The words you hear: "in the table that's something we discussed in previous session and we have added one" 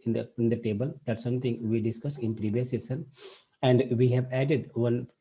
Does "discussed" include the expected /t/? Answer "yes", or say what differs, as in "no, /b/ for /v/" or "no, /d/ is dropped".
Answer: no, /t/ is dropped